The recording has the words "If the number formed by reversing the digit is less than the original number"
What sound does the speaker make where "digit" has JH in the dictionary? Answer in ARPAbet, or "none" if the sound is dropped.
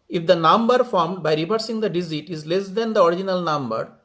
Z